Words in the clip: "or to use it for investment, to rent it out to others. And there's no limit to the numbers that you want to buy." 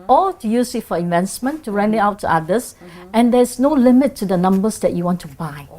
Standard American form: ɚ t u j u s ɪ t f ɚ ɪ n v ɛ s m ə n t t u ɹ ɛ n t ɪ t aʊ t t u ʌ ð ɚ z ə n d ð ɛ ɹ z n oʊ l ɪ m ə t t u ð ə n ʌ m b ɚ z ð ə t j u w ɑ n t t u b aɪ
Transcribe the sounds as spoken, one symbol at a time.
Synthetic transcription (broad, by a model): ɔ t u j u s ɪ t f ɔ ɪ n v ɛ s m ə n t t u ɹ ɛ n ɪ t aʊ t t u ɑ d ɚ s ə n d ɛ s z n oʊ l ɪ m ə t t u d ə n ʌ m b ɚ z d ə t j u w ɑ n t t u b aɪ